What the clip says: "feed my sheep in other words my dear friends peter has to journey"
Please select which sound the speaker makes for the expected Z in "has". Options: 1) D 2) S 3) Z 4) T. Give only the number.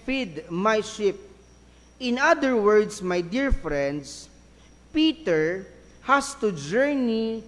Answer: 2